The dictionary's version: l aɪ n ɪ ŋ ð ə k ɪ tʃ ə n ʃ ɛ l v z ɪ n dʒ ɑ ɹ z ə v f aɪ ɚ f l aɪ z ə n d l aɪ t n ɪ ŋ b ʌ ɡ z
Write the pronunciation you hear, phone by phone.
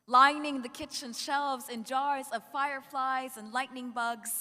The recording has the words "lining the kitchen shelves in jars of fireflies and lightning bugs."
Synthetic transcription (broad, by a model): l aɪ n ɪ ŋ ð ə k ɪ tʃ ə n ʃ ɛ l v z ɪ n dʒ ɑ ɹ z ə v f aɪ ɚ f l aɪ z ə n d l aɪ t n ɪ ŋ b ʌ ɡ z